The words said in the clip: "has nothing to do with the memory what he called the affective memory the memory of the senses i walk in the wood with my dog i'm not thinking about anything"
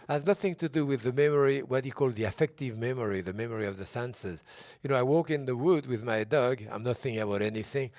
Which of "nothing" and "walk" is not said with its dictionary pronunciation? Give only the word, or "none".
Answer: none